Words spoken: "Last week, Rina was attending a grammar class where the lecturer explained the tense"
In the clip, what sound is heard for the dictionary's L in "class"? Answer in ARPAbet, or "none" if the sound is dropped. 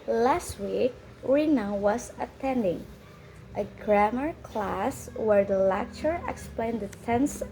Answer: L